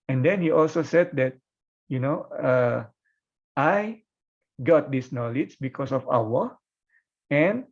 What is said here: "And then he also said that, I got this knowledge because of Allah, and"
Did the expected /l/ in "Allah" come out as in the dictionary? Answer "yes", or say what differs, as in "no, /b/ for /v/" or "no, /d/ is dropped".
no, /w/ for /l/